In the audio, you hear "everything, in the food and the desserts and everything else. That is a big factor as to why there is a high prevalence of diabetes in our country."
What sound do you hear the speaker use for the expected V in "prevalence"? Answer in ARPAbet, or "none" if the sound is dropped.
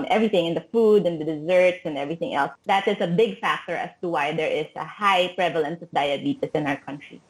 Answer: V